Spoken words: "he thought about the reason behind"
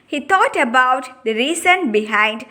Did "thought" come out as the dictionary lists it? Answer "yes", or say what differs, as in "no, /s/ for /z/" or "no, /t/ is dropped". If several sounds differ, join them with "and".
no, /t/ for /θ/